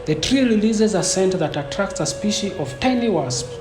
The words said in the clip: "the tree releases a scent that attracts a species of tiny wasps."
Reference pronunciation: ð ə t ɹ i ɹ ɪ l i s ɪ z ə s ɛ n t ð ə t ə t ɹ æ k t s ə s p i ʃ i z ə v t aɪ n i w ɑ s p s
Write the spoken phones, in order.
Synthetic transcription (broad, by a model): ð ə t ɹ i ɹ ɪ l i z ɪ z ə s ɛ n t ð ə t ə t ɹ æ k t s ə s p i ʃ i ə v t aɪ n i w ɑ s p